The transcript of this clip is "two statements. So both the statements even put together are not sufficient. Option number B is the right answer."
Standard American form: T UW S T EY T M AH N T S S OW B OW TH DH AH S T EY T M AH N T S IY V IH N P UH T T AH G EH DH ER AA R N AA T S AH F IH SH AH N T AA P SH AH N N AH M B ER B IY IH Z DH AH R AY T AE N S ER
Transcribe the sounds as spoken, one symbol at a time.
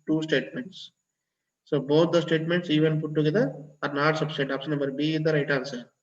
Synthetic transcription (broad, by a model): T UW S T EY T M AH N T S S OW B OW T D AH S T EY T M AH N T S IY V IH N P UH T T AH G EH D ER AA R N AA T S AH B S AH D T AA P S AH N N AH M B ER B IY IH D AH R AY T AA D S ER